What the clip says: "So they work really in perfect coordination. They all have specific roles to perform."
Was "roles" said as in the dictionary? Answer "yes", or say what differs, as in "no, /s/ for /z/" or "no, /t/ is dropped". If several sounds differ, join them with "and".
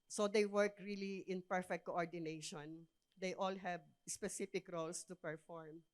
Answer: no, /s/ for /z/